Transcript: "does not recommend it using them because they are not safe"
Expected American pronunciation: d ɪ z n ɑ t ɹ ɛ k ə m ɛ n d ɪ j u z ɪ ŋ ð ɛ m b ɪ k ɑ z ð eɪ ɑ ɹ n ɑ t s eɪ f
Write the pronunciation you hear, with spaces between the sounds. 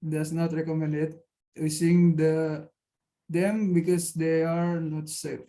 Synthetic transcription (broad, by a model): d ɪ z n ɑ t ɹ ɛ k ə m ɛ n d ɪ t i s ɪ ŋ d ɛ m b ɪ k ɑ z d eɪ ɑ ɹ n ɑ t s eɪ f